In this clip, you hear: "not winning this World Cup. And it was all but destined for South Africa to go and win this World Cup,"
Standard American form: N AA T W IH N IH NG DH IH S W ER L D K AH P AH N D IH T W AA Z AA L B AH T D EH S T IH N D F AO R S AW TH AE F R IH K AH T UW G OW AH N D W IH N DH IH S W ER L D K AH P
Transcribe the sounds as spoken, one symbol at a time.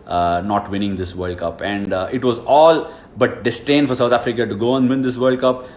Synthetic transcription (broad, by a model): N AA T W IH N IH NG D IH S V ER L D K AH P AH N D IH T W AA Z AA L B AH T D EH S T IH N D F AO R S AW T AE F R IH K AH T UW G OW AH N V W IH N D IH S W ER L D K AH P